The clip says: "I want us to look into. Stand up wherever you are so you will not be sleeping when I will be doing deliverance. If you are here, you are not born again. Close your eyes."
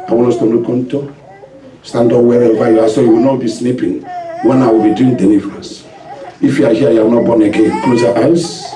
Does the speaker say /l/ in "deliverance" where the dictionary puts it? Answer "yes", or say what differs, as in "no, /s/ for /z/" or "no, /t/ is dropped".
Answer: no, /n/ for /l/